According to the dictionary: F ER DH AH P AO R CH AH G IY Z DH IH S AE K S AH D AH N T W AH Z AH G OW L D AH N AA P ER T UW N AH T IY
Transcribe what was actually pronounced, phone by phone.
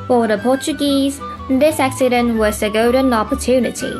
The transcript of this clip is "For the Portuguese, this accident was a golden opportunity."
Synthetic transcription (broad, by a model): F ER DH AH P AO CH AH G IY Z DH IH S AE K S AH D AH N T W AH S AH G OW D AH N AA P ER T UW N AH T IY